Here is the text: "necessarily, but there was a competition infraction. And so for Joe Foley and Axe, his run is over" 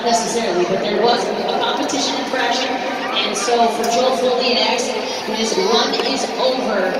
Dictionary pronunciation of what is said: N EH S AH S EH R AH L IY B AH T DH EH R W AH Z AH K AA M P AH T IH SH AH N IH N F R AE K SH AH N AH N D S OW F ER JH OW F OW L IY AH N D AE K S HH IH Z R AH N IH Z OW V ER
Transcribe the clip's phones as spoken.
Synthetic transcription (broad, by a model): N EH S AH S EH R L IY B AH T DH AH R W AH Z AH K AA M P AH T IH SH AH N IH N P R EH SH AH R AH N S OW F ER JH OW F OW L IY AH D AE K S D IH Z W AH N IH Z OW V ER